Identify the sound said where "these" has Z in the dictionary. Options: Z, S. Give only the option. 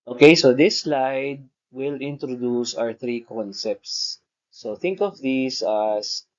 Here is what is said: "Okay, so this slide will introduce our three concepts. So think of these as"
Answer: S